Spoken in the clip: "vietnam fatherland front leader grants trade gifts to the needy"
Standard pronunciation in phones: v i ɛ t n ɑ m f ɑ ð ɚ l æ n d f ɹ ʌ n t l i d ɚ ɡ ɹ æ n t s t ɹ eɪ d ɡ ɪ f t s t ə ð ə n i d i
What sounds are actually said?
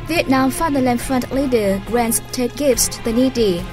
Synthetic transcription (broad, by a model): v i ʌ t n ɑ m f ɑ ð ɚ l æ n f ɹ ʌ n t l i d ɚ ɡ ɹ æ n t s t eɪ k ɡ ɪ f t s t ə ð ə n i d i